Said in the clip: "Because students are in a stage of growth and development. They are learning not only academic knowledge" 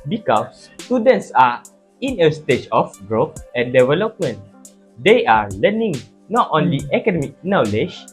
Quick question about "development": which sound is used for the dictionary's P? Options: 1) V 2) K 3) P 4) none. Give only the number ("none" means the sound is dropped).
3